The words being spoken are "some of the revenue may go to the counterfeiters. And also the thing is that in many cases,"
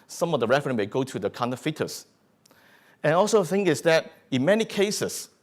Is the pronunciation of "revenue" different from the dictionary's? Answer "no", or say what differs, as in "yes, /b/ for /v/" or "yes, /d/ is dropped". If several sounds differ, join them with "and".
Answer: yes, /f/ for /v/